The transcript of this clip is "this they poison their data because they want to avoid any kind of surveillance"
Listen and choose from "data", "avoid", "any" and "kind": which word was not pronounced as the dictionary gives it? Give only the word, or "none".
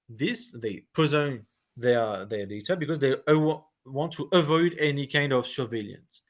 none